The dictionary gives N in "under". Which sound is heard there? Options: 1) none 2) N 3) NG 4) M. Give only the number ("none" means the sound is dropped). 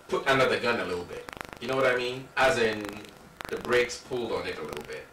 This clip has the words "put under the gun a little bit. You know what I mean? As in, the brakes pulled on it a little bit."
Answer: 2